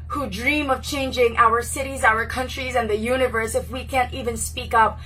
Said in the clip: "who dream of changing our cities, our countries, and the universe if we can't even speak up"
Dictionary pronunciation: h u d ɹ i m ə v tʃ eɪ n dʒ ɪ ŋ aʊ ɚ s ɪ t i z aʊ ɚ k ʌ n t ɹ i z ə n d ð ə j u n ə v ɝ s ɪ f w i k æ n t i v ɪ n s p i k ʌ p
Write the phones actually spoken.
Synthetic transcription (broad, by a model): h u d ɹ i m ə v tʃ eɪ n dʒ ɪ ŋ aʊ ɚ s ɪ t i z aʊ ɚ k ʌ n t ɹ i z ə n ð ə j u n ə v ɝ s ɪ f w i k æ n t i v ɪ n s p i k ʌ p